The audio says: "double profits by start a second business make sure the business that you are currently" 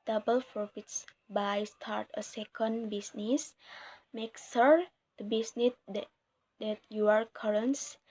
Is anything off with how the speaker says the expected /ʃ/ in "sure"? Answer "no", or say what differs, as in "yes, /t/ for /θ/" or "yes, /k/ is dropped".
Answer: yes, /s/ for /ʃ/